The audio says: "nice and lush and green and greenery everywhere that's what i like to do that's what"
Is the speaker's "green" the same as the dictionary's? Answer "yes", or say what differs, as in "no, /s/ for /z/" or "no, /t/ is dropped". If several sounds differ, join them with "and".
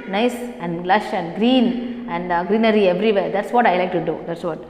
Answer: no, /l/ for /n/